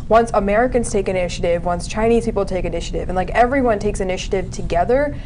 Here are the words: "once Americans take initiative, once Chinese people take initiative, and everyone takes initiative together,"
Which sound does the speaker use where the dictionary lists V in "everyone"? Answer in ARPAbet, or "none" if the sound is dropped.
V